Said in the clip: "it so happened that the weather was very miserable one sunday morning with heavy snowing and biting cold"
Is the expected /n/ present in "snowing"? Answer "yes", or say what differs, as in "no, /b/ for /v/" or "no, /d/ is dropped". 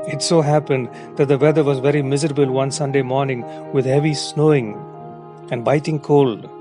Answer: yes